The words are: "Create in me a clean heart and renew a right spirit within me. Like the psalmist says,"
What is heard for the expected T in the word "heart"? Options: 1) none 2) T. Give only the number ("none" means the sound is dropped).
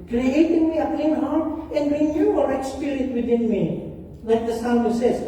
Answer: 1